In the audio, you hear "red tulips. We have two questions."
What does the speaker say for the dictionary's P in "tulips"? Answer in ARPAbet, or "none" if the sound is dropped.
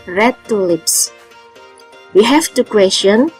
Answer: P